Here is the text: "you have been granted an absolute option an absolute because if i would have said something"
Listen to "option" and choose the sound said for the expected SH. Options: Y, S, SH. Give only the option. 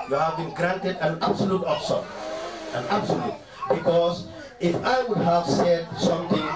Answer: S